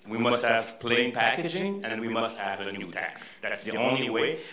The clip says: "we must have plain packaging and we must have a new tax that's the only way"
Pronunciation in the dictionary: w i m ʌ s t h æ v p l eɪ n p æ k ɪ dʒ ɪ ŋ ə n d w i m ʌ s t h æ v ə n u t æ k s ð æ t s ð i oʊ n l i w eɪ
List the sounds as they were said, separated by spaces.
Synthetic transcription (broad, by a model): w i m ʌ s t h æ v p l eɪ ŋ p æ k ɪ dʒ ɪ ŋ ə n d w i m ʌ s t h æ v ə n u t æ k s ð æ t s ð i oʊ n l i w eɪ